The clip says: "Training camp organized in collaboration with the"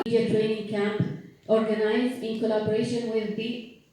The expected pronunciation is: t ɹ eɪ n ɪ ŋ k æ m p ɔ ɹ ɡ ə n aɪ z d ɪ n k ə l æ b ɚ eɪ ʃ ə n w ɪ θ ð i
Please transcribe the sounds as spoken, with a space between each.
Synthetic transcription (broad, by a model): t ɹ eɪ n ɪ ŋ k æ m p ɔ ɹ ɡ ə n aɪ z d ɪ n k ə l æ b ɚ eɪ ʃ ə n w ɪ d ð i